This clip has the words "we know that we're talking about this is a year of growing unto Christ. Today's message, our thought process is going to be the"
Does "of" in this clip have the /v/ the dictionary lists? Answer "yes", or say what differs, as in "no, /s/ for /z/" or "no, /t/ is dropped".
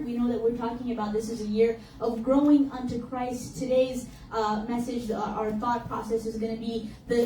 yes